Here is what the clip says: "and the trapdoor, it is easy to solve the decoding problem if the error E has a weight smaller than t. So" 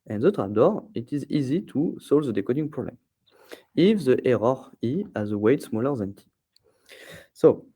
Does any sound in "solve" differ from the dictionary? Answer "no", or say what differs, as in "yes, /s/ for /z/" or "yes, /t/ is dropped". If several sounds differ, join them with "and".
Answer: no